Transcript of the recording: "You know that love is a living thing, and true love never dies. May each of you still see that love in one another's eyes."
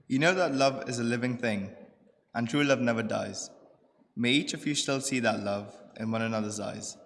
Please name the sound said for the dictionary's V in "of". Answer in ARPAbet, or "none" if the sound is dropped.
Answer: V